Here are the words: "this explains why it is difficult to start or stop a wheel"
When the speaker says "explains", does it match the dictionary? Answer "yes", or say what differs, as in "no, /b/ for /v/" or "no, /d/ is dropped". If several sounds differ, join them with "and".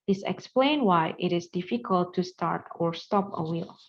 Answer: no, /z/ is dropped